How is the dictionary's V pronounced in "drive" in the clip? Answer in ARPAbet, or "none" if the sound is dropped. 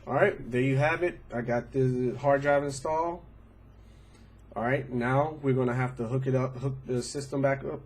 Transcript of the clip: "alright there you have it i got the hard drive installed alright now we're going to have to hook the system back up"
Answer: V